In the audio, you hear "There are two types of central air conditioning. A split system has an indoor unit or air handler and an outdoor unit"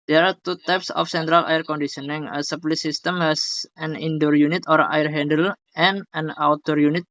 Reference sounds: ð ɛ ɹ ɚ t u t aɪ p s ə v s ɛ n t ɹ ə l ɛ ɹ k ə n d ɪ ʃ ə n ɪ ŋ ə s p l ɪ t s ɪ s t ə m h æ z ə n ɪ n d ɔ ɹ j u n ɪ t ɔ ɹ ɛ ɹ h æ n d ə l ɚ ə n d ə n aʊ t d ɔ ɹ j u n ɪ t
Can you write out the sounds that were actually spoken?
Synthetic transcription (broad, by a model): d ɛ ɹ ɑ t u t aɪ p s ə f s ɛ n t ɹ ə l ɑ ɹ k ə n d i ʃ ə n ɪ ŋ ə s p l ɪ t s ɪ s t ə m h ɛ s ə n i n d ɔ ɹ j u n ɪ t ɔ ɹ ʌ ɹ h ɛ n d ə l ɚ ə n ə n aʊ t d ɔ ɹ j u n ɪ t